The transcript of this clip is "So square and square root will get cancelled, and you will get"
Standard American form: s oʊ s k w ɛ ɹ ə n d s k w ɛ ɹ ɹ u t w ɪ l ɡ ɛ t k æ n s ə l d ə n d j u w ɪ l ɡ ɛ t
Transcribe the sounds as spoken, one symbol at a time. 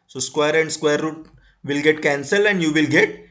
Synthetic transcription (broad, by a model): s oʊ s k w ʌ ɹ ə n d s k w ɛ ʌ ɹ u t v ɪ l ɡ ɛ t k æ n s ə l ə n d j u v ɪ l ɡ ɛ t